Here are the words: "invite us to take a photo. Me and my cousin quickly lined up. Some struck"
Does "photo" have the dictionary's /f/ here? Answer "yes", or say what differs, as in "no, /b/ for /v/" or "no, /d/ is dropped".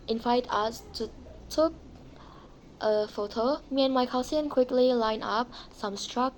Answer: yes